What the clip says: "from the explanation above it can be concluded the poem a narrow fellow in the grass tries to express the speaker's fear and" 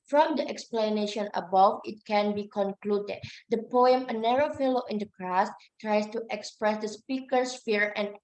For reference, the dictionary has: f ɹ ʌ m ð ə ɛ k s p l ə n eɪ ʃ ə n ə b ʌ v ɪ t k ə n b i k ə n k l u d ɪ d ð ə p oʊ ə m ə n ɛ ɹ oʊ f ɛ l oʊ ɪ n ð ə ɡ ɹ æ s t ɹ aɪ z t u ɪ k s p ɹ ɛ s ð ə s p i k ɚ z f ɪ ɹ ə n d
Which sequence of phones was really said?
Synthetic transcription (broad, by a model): f ɹ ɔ m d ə ɛ k s p l ə n eɪ ʃ ə n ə b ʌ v ɪ t k ə n b i k ə n k l u d ɪ d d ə p oʊ ə m ə n ɛ ɹ oʊ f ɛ l oʊ ɪ n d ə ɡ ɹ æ s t ɹ aɪ s t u ɪ k s p ɹ ɛ s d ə s p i k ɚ s f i ɹ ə n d